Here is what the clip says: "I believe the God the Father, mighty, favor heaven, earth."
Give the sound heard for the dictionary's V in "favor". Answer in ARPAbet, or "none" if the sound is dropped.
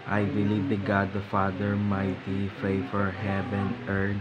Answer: F